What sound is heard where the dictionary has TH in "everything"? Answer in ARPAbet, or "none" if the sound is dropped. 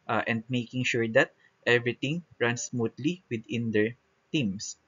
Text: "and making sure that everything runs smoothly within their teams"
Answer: T